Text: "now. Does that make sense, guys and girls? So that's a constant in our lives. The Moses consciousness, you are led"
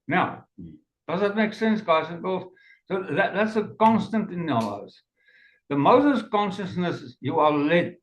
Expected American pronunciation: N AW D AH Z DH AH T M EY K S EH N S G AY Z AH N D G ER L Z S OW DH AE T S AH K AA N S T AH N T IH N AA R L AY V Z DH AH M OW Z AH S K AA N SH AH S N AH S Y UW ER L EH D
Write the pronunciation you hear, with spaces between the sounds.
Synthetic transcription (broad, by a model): N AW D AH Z DH AH T M EY K S EH N S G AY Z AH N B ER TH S OW DH AE T S AH K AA N S T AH N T IH N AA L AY Z DH AH M OW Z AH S K AA N SH AH S N AH S Y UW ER L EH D